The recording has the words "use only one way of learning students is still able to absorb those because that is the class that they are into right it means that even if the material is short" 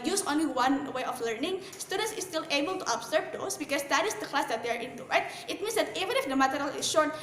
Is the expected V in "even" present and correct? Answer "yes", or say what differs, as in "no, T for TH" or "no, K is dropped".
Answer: yes